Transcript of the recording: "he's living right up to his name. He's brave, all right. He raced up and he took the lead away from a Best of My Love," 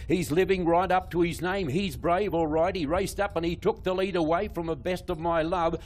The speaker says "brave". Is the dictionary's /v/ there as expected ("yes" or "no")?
yes